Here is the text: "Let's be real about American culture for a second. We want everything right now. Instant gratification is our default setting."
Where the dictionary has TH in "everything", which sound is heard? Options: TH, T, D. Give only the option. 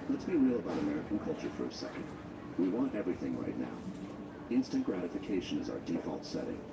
TH